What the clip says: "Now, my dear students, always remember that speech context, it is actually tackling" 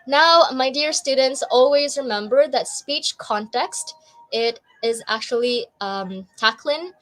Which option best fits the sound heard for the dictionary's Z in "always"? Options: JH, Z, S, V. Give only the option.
Z